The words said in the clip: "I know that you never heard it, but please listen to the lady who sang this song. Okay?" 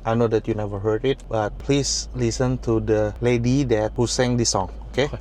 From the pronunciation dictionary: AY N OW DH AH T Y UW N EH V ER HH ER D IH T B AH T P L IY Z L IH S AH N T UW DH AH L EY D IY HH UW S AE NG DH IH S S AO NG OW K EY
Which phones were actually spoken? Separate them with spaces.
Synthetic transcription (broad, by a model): AY N OW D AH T Y UW N EH V ER HH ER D IH T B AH T P L IY S L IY S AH N T UW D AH L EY D IY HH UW S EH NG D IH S S AO NG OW K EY